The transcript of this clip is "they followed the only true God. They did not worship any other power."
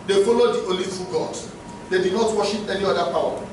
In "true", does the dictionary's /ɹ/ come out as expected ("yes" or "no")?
no